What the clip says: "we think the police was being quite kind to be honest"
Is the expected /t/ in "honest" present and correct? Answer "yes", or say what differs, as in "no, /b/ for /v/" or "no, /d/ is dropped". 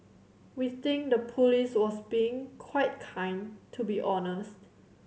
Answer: yes